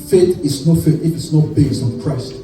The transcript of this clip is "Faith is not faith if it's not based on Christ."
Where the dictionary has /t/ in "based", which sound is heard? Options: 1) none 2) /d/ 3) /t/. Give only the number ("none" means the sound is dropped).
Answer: 1